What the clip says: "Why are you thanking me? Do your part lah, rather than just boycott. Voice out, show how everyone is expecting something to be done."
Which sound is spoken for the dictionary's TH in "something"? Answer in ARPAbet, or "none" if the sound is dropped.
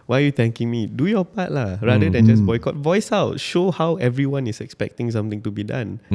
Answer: T